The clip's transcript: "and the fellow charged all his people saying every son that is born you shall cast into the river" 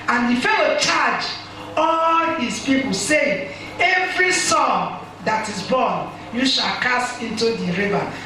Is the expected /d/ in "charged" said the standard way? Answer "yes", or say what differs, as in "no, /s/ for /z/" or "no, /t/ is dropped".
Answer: no, /d/ is dropped